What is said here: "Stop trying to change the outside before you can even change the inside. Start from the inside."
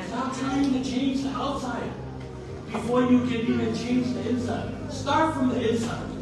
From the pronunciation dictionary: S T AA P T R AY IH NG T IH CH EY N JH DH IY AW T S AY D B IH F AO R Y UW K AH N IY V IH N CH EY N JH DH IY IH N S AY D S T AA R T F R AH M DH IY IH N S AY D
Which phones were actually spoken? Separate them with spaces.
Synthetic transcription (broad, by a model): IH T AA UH T R AY IH NG T IH CH EY N JH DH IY AW T S AY D B IH F AO R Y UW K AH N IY IH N CH EY N JH DH IY IH N S AY D S T AA R T F R AH M DH IY IH N S AY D